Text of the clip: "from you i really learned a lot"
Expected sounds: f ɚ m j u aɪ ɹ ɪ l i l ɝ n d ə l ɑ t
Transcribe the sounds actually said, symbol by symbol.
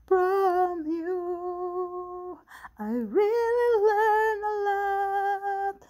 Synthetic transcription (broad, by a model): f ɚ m j u aɪ ɹ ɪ l i l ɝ n ə l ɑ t